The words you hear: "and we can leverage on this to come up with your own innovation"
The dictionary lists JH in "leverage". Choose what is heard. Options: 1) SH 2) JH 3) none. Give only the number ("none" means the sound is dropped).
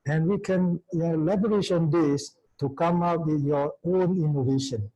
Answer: 1